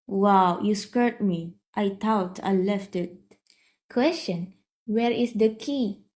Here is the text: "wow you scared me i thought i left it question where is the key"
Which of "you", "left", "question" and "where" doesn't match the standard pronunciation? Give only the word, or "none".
none